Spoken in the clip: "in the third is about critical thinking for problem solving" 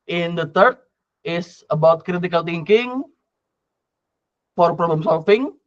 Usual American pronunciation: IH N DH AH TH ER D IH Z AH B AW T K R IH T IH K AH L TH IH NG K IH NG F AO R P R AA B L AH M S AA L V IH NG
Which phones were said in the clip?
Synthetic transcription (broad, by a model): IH N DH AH T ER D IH S AH B AW T K R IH T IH K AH L T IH NG K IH NG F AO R P R AA B L AH M S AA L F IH NG